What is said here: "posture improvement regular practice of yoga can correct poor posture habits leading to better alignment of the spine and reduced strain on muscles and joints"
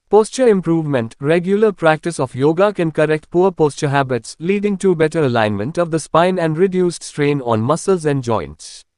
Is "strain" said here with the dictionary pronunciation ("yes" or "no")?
yes